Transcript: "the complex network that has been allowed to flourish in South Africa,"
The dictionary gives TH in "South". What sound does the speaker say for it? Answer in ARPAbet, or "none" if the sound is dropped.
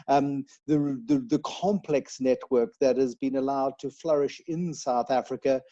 TH